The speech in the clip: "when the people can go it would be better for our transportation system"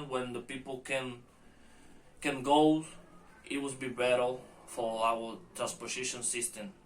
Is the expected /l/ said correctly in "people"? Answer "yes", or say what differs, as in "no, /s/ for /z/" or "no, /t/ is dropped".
no, /n/ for /l/